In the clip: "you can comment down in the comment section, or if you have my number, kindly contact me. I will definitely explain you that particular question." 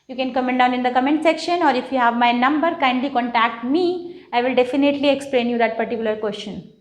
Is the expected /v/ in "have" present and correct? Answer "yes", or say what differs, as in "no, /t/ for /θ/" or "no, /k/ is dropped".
yes